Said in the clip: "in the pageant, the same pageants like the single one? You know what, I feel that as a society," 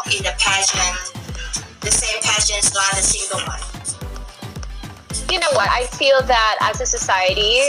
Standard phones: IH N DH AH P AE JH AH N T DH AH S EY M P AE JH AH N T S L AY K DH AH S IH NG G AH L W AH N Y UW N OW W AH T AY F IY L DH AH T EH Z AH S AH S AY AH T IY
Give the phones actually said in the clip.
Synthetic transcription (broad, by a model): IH DH AH P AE SH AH N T DH AH S EY M P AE SH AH N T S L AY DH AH S IH NG G AH L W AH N Y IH N OW W AH T AY F IY L DH AH T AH Z AH S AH S AY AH T IY